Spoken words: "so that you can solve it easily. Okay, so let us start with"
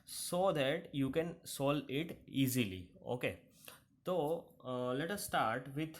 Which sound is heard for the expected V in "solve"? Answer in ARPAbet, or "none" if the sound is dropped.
none